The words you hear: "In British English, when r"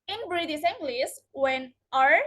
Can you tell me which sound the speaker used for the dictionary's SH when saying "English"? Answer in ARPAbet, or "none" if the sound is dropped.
S